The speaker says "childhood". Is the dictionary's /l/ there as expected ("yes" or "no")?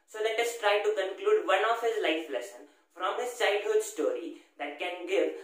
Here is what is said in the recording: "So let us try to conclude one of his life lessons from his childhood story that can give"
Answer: no